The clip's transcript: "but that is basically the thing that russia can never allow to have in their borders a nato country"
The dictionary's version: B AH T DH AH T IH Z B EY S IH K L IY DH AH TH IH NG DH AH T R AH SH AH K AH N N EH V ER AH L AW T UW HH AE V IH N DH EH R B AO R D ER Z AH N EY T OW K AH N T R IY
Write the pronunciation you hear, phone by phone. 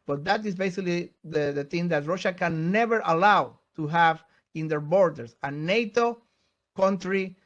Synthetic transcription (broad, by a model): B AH T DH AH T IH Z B EY S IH K L IY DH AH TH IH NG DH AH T R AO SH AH K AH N N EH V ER AH L AW T UW HH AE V IH N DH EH R B AO R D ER S AH N EY T OW K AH N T R IY